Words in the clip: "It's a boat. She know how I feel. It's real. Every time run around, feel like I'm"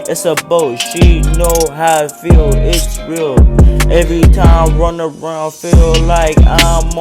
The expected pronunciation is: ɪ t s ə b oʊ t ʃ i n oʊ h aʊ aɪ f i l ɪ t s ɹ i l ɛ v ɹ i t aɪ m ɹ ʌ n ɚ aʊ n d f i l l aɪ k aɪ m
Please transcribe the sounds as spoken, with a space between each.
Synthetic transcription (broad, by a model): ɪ t s ə b oʊ t ʃ i n oʊ h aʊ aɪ f i l ɪ t s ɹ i l ɛ v ɹ i t aɪ m ɹ ʌ n ɚ aʊ n d f i l l aɪ k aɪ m